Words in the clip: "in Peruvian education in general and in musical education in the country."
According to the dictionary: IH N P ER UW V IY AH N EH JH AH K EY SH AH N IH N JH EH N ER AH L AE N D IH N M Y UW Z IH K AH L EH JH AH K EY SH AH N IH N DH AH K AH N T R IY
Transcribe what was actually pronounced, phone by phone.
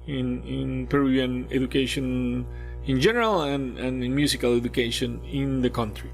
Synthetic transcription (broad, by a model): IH N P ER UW IY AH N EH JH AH K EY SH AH N IH N JH EH N ER AH L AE N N IH N M Y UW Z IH K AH L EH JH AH K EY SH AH N IH N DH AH K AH N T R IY